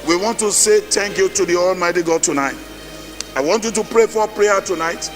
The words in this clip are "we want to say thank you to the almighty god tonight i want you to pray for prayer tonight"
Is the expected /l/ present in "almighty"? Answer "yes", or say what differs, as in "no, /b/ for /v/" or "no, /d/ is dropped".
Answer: yes